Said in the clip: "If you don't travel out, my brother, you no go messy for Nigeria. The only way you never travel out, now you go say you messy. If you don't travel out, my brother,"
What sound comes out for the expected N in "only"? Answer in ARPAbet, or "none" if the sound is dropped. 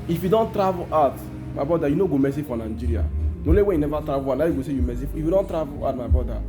none